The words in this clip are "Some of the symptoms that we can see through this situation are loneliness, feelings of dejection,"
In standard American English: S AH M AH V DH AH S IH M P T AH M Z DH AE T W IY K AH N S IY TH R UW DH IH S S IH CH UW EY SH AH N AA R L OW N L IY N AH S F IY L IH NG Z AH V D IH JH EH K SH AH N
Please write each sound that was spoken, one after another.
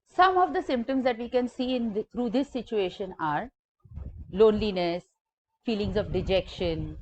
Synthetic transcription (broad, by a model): S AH M AH V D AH S IH M P T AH M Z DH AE T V IY K AH N S IY T R UW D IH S S IH CH UW EY SH AH N AA R L OW N L IY N AH S F IY L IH NG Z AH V D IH JH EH K SH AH N